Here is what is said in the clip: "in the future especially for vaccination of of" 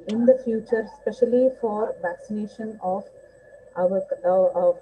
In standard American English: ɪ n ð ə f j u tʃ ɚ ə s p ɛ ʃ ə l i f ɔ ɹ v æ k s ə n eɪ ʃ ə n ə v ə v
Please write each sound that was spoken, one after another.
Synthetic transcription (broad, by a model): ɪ n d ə f j u tʃ ɚ s p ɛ ʃ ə l i f ɔ ɹ v æ k s ə n eɪ ʃ ə n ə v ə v